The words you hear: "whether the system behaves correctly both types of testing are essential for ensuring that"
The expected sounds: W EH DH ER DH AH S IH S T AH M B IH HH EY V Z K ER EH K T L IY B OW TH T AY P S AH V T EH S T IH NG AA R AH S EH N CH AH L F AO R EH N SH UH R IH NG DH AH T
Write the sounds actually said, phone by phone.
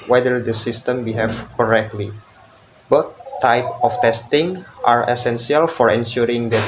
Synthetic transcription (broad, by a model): W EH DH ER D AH S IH S T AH M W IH HH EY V K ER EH K T L IY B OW T AY P AH F T EH S T IH NG AA R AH S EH N S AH L F AO R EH N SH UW R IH NG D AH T